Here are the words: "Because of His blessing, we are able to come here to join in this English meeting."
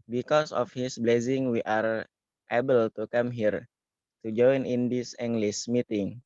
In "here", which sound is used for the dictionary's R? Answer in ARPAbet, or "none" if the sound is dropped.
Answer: R